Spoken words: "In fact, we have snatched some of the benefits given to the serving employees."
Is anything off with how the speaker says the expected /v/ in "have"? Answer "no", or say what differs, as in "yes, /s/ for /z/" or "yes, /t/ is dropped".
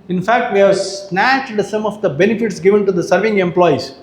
no